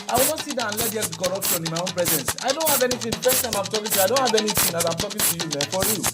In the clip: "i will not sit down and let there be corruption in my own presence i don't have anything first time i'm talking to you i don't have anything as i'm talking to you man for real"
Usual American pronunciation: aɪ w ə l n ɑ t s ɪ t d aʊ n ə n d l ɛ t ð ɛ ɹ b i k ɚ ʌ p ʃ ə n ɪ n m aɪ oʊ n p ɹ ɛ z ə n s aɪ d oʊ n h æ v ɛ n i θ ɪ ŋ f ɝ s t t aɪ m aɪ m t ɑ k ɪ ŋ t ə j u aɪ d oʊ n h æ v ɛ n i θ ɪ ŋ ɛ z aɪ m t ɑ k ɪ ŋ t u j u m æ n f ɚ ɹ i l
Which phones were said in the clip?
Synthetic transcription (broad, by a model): aɪ w ə l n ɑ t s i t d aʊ ə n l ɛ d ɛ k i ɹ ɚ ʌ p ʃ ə n ɪ n m aɪ oʊ n p ɹ ɛ z ə n s aɪ d oʊ n h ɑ v ɛ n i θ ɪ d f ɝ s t t aɪ m aɪ m t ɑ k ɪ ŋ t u aɪ d oʊ n h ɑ v ɛ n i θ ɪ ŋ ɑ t aɪ m t ɑ k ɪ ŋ t u j u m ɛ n f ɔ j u